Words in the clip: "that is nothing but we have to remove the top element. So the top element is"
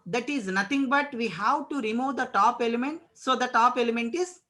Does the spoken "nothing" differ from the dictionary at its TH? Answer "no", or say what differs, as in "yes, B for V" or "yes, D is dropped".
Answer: yes, T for TH